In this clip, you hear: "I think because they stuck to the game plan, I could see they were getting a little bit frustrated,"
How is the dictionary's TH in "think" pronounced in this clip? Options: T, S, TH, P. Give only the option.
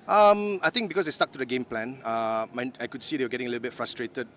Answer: T